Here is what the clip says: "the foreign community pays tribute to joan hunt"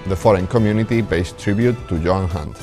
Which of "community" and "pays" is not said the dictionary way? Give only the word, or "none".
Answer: pays